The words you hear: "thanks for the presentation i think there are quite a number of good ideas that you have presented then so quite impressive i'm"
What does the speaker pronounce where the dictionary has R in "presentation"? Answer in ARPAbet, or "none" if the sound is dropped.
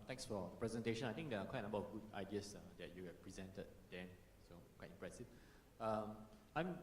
R